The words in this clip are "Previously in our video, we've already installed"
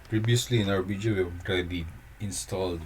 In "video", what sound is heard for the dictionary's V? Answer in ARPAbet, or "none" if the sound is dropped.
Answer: B